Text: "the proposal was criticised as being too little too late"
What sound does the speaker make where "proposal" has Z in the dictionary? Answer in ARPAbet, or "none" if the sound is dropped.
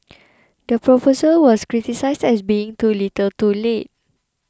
S